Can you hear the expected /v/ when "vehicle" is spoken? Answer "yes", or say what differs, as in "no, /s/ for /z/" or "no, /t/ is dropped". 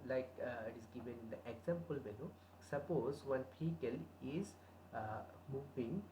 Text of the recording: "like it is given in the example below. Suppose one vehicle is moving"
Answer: no, /p/ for /v/